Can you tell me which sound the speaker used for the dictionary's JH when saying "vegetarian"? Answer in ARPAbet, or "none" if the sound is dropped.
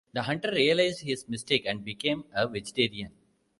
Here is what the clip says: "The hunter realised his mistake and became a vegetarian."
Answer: JH